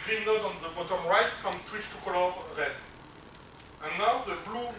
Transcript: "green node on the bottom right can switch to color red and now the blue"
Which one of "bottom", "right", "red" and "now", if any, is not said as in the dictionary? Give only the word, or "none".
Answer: red